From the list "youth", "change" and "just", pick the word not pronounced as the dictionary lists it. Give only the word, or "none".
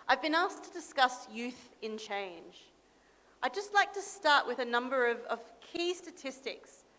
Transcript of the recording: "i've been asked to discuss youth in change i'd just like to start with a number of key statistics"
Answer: none